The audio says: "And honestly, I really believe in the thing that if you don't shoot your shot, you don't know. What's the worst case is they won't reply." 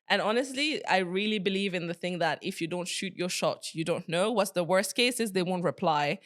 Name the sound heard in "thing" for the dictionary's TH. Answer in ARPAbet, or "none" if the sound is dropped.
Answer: TH